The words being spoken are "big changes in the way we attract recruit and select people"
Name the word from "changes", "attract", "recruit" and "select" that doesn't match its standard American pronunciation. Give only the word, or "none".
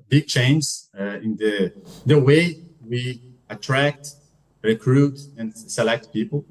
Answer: changes